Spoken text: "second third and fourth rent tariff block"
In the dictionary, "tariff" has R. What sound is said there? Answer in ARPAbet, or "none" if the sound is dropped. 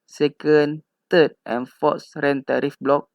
R